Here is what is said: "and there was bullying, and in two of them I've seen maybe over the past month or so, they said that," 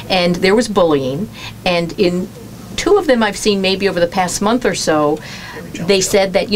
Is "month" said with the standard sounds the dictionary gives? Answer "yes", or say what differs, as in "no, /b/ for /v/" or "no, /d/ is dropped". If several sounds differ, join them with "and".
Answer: yes